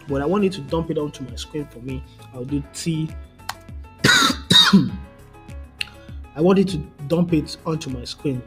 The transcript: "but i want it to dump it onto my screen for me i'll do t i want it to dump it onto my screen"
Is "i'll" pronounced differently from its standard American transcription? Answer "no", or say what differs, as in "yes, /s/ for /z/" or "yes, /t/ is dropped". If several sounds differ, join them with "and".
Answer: yes, /w/ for /l/